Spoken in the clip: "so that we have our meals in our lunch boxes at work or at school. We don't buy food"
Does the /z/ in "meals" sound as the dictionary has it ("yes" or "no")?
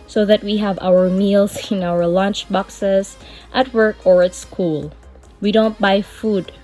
no